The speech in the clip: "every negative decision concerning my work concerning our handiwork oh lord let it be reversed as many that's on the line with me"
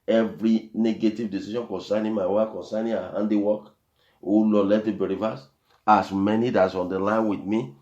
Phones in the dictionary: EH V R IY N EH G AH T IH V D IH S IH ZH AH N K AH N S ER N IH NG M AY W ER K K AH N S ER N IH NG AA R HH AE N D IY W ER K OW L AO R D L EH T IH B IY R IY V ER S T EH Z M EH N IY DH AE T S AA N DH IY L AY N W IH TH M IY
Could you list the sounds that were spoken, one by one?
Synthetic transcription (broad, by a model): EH V R IY N EH G AH T IH V D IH S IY SH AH N K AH N S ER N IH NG M AY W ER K K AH N S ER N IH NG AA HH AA N D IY W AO K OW L AO L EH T IH B IY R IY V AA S AA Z M EH N IY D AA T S AA N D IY L AY N W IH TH M IY